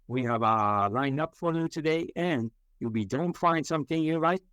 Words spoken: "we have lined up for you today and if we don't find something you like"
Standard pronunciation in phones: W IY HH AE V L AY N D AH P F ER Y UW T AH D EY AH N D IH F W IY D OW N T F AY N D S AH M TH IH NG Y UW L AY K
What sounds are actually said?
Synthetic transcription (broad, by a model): W IY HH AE V L AY N D AH P F ER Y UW T AH D EY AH N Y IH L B IY D OW N T F AY N D S AH M TH IH NG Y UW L AY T